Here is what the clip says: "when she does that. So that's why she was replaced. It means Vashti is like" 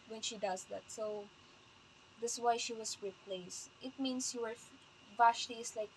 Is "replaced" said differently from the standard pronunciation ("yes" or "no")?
no